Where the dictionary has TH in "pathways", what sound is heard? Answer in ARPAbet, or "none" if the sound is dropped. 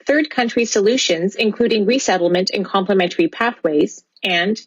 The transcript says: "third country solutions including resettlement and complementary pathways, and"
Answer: TH